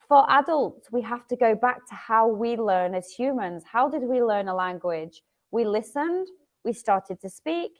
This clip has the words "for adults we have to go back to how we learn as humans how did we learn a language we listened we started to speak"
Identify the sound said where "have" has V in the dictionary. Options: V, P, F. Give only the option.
F